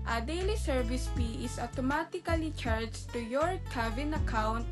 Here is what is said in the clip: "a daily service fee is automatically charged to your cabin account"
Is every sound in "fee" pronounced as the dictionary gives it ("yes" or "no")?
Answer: no